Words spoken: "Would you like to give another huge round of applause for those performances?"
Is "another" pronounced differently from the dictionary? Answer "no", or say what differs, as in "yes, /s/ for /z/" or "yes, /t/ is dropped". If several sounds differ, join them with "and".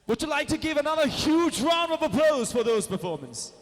no